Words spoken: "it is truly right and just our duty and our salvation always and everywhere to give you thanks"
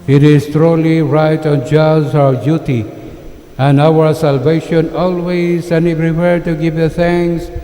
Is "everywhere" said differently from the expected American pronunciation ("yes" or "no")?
yes